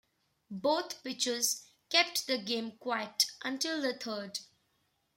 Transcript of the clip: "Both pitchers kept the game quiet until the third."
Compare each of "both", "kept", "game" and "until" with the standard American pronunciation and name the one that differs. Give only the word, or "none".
both